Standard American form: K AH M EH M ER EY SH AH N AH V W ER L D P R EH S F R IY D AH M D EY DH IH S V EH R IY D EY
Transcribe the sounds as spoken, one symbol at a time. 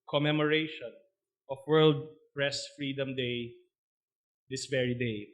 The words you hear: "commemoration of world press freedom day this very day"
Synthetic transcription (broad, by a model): K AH M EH M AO EY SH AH N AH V W ER L D P R EH S F R IY D AH M D EY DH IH S V EH R IY D EY